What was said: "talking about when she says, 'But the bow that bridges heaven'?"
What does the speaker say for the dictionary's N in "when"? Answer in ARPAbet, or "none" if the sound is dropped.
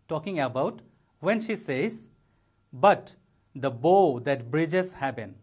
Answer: N